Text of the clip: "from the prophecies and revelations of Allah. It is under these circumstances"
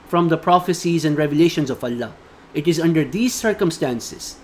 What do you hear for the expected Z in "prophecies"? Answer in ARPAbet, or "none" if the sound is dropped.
Z